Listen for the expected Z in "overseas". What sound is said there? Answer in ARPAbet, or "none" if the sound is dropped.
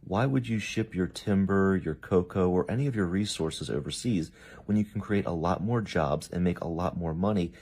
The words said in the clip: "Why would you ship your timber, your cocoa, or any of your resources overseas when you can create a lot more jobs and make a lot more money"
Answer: Z